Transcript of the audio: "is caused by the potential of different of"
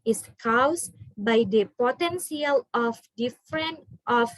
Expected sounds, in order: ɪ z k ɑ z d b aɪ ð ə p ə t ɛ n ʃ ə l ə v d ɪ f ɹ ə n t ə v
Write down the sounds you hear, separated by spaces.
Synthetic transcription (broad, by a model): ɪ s k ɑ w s b aɪ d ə p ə t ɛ n s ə l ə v d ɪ f ɹ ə n t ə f